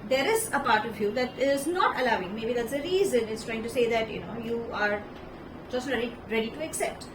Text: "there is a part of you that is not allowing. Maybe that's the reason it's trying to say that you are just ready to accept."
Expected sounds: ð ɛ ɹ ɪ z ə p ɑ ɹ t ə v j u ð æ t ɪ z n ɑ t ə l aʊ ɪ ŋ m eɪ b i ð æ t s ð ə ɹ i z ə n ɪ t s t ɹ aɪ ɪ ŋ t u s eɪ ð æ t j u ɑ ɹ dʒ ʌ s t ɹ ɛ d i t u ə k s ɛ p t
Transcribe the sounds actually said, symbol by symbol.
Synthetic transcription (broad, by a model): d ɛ ɹ ɪ z ə p ɑ ɹ t ə v j u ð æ t ɪ z n ɑ t ə l aʊ ɪ ŋ m eɪ b i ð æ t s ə ɹ i z ə n ɪ t s t ɹ aɪ ɪ ŋ t u s eɪ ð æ t j u ɑ ɹ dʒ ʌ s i ɹ ɛ d i t u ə k s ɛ p t